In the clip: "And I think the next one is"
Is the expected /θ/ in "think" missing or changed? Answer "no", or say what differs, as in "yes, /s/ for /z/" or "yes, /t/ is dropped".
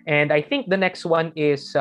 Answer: no